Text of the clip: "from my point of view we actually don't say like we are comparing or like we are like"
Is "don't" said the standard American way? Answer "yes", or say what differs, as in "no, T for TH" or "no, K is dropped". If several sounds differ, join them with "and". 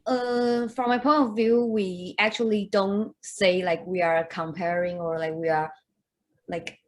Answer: yes